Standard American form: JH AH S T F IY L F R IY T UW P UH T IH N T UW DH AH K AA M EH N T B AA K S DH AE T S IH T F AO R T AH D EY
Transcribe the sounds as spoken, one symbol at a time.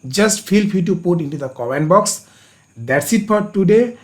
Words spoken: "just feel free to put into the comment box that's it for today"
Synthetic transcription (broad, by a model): JH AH S T F IY L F IY T UW P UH T IH N T UW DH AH K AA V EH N B AA K S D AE T S IH T F AO R T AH D EY